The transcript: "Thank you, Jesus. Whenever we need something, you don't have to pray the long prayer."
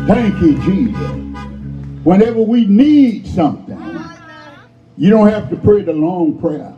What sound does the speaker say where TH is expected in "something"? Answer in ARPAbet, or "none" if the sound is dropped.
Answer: TH